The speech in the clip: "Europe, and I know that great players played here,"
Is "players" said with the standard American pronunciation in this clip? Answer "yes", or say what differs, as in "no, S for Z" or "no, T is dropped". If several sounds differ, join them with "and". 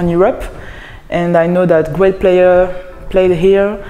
no, Z is dropped